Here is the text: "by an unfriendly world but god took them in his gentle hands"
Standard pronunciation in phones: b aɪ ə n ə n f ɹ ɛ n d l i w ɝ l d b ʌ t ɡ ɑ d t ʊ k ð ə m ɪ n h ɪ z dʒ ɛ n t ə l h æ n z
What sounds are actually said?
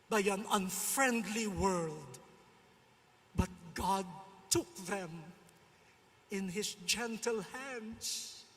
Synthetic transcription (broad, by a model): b aɪ ə n ə n f ɹ ɛ n d l i w ɝ l d b ʌ t ɡ ɑ d t ʊ k ð ə m ɪ n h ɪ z dʒ ɛ n t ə l h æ n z